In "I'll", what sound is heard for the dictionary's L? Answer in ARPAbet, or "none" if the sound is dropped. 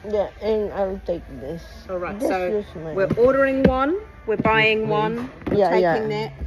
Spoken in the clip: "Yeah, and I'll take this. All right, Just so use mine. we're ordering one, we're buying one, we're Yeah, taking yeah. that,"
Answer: W